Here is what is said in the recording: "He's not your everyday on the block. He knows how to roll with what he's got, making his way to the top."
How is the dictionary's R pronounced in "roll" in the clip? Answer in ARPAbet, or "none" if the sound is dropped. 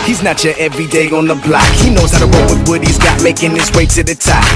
W